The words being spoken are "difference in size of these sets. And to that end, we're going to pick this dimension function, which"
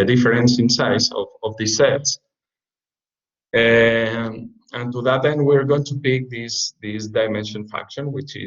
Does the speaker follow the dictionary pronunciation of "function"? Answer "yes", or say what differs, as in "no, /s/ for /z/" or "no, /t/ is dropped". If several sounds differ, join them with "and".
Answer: no, /ŋ/ is dropped